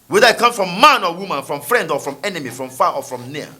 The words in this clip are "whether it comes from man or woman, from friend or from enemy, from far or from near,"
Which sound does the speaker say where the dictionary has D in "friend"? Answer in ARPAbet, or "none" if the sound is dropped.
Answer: D